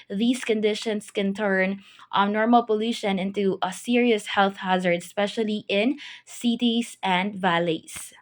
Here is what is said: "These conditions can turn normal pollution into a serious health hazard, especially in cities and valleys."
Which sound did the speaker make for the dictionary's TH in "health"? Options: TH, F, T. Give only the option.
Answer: TH